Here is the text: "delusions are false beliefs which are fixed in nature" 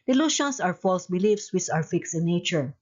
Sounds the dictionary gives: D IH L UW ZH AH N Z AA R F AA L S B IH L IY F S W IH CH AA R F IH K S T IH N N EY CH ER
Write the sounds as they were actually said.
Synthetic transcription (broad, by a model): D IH L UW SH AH N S AA R F AA L S B IH L IY F S W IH S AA W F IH K S IH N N EY CH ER